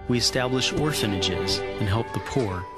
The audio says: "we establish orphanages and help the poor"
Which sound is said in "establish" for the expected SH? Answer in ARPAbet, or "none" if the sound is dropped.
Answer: SH